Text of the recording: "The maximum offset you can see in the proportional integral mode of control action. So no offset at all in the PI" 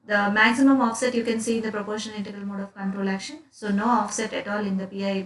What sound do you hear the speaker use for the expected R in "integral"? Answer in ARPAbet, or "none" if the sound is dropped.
none